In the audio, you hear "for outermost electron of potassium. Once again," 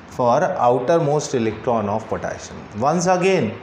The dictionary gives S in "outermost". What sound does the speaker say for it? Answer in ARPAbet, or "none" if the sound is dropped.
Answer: S